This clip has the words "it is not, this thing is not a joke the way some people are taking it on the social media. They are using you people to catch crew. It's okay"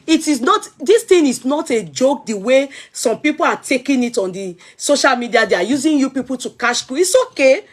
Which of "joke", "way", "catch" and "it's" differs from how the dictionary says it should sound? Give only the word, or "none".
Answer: catch